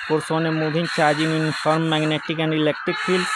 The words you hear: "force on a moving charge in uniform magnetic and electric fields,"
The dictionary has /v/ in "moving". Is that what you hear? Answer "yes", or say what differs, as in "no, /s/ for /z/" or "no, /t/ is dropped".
no, /b/ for /v/